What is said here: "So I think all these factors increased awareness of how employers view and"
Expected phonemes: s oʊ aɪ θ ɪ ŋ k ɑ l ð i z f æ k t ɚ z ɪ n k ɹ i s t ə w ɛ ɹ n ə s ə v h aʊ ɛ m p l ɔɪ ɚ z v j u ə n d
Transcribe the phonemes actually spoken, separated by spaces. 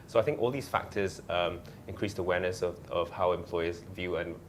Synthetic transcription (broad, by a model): s oʊ aɪ θ ɪ ŋ k ɑ l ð i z f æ k t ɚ z ɪ n k ɹ i s t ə w ɛ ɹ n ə s ə v h aʊ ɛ m p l ɔɪ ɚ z v j u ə n